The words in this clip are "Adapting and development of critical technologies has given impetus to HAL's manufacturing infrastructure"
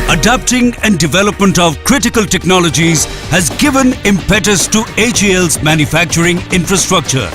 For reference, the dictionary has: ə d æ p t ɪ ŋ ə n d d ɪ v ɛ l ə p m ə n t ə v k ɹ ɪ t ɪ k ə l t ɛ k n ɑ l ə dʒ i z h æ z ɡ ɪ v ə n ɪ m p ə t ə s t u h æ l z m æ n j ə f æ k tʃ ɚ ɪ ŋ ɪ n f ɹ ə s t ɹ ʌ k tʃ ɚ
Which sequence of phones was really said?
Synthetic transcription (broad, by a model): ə d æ p t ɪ ŋ ə n d d ɪ v ɛ l ə p m ə n t ə v k ɹ ɪ t ɪ k ə l t ɛ k n ɑ l ə dʒ i z h æ z ɡ ɪ v ə n ɪ m p ə t ə s t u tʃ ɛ l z m æ n j ə f æ k tʃ ɚ ɪ ŋ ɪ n f ɹ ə s t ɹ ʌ k tʃ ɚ